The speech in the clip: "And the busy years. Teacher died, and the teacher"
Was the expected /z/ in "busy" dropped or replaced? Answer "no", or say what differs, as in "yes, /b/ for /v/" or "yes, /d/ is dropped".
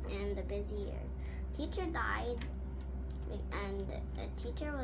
no